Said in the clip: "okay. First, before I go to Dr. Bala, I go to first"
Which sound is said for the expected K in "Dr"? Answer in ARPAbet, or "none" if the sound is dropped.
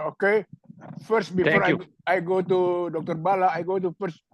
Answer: K